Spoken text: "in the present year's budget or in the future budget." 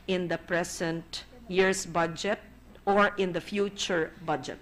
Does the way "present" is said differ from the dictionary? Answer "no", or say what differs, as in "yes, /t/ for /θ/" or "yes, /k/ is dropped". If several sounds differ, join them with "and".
yes, /s/ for /z/